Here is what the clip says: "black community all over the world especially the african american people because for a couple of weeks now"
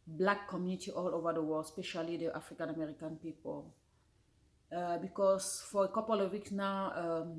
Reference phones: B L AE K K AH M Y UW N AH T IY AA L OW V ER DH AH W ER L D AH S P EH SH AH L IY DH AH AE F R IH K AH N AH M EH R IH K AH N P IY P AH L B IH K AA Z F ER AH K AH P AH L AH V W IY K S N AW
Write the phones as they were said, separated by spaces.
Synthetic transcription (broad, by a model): B L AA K K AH M Y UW N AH T IY AA L OW V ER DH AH W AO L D S P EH SH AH L IY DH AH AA F R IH K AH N AH M EH R IH K AH N P IY P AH L B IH K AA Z F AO AH K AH P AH L AH V W IY K S N AW